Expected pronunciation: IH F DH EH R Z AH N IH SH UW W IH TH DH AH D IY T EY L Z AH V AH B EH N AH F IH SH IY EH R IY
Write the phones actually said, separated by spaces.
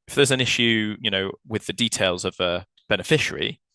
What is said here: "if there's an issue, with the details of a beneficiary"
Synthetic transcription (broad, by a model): IH F DH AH Z AH N IH SH UW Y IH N DH AH D IY T EY L Z AH V AH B EH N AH F IH SH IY R IY